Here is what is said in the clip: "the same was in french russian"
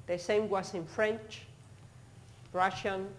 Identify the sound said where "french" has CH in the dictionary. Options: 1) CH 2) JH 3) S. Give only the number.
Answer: 1